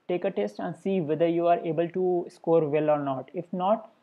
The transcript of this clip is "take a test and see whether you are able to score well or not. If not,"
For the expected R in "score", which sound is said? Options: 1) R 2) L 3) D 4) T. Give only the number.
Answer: 1